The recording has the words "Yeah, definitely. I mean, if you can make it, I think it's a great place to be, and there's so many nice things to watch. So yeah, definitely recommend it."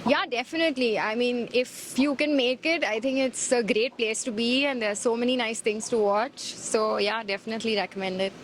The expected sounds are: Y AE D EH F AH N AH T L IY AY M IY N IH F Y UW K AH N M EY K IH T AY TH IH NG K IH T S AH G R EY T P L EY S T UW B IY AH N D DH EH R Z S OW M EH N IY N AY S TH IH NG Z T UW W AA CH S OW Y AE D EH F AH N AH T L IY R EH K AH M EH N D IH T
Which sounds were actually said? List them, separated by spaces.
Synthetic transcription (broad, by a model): Y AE D EH F AH N AH T L IY AY M IY N IH F Y UW K AH N M EY K IH T AY T IH NG K IH T S AH G R EY T P L EY S T UW B IY AH N D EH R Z S OW M EH N IY N AY S T IH NG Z T UW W AA CH S OW Y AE D EH F AH N AH T L IY R EH K AH M EH N D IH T